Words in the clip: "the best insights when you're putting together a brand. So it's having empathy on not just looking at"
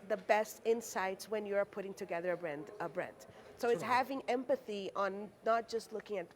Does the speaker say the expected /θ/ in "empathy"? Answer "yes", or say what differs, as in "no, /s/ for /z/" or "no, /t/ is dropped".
yes